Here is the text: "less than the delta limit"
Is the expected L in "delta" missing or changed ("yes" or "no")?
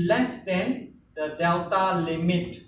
yes